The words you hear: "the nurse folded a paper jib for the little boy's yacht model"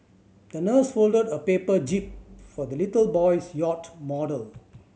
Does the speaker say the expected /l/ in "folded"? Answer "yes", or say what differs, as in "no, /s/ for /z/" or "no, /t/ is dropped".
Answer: yes